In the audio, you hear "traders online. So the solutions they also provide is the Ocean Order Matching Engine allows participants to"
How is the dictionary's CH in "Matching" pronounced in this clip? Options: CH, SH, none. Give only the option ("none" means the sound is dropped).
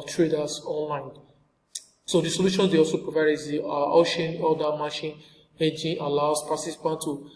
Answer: SH